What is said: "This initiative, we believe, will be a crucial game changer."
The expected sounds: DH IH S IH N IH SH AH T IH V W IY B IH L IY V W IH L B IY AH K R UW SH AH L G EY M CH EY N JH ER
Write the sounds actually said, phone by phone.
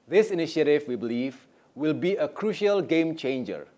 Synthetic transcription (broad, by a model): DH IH S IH N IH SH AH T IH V W IY B IH L IY V W IH L B IY AH K R UW SH AH L G EY M CH EY N JH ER